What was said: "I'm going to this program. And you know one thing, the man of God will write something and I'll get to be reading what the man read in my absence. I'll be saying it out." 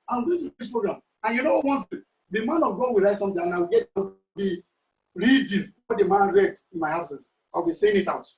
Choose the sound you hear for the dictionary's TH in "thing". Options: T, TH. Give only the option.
T